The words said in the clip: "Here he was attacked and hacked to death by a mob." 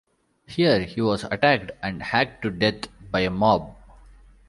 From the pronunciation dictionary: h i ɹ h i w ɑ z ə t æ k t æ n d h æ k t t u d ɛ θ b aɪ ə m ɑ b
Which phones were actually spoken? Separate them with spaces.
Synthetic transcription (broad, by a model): h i ɹ h i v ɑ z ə t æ k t æ n d h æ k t t u d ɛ t b aɪ ə m ɑ b